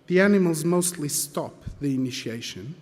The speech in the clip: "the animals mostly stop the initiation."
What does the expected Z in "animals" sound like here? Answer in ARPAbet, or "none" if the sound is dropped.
Z